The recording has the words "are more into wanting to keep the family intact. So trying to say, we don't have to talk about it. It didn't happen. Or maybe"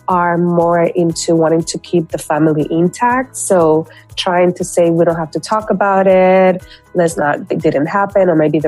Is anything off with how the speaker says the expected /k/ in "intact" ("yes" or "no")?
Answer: no